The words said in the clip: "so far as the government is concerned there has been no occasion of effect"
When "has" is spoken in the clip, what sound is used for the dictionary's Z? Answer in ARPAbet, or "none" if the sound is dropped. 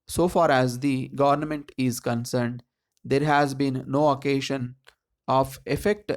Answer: Z